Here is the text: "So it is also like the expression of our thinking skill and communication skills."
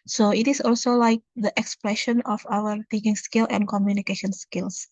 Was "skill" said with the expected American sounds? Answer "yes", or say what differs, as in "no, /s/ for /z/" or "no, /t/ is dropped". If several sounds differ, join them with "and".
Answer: yes